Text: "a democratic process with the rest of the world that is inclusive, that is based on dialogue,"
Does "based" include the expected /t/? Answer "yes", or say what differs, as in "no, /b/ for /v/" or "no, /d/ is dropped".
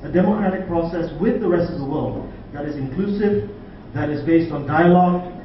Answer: yes